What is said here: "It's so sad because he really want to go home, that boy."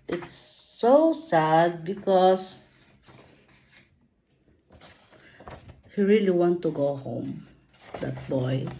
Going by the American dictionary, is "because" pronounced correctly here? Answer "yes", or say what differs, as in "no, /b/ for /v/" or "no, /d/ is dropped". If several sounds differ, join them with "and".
no, /s/ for /z/